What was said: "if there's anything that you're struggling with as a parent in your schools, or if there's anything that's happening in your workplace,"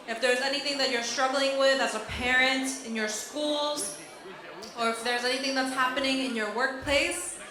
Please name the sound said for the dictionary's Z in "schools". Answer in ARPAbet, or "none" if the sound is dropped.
Z